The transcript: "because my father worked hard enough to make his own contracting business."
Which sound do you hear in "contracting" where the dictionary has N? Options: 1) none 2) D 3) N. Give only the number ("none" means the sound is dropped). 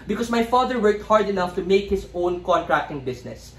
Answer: 3